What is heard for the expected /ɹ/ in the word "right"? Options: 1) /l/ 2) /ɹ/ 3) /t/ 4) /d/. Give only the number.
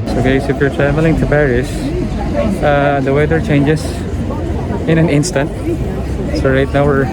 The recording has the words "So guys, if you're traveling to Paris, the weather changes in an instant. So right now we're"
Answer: 2